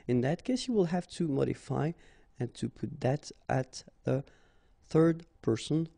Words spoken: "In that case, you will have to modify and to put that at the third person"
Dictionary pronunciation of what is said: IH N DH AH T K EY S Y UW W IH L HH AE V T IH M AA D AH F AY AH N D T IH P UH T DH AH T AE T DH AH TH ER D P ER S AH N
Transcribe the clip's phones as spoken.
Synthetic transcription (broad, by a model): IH N DH AH T K EY S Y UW W IH L HH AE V T IH M AA D AH F AY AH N T IH P UH T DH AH T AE T DH AH TH ER D P ER S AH N